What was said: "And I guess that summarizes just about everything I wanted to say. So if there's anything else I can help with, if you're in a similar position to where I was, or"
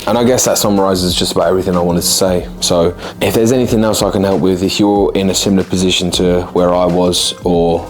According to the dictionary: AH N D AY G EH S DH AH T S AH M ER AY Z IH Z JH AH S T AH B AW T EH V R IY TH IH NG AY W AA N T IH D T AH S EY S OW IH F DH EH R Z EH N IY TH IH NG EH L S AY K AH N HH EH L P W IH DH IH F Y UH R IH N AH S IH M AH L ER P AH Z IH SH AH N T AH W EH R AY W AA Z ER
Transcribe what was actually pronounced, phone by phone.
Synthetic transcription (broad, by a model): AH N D AY G EH S DH AH T S AH M ER AY Z IH Z JH AH S T AH B AW T EH V R IY TH IH NG AY W AA N T IH D T AH S EY S OW IH F DH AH R Z EH N IY TH IH NG EH L S AY K AH N HH EH L P W IH DH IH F Y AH R IH N AH S IH M L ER P AH Z IH SH AH N T AH W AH R AY W AA Z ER